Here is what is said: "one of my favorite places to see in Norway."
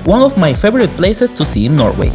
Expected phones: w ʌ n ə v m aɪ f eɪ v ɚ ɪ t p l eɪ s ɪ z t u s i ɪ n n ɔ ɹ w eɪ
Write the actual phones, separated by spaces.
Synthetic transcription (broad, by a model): w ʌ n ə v m aɪ f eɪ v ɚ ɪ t p l eɪ s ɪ s t u s i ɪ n n ɔ ɹ w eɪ